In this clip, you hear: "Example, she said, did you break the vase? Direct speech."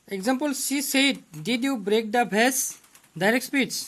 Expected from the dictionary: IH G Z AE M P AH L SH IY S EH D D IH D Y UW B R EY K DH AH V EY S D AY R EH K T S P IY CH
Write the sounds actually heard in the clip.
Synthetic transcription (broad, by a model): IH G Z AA M P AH L S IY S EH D D IH D Y UW B R EY K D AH B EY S D AY R EH K T S P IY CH